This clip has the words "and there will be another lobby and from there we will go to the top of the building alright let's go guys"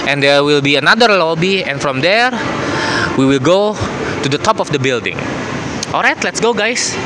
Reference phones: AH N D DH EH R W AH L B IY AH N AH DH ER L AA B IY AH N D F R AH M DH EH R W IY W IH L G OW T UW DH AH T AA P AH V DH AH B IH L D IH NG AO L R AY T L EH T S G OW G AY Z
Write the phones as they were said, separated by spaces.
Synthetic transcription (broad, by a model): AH N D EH R W AH L B IY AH N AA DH ER L AA B IY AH N F R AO M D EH R W IY W IH L G OW T UW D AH T AA P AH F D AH B IH L D IH NG AO L R AY T L EH T S G OW G AY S